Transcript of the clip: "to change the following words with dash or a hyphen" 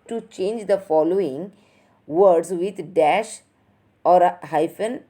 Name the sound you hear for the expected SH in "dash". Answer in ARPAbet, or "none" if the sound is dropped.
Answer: SH